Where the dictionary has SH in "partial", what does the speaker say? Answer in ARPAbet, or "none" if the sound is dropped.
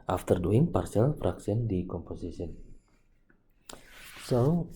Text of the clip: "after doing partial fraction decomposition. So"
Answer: S